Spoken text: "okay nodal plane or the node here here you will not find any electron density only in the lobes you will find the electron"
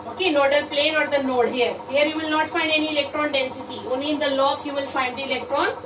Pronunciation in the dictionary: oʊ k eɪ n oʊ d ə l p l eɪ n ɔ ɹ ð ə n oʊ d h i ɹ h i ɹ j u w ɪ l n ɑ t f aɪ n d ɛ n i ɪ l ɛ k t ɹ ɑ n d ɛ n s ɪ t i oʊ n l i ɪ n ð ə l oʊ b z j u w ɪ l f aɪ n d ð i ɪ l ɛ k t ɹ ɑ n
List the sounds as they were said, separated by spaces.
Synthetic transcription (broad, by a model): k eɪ n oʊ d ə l p l eɪ n ɔ ɹ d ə n oʊ d h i ɹ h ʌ ɹ j u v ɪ l n ɑ t f aɪ n d ɛ n i ɪ l ɛ k t ɹ ɑ n d ɛ n s ɪ t i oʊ n i ɪ n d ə l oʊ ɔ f j u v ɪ l f aɪ n d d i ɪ l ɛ k t ɹ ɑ n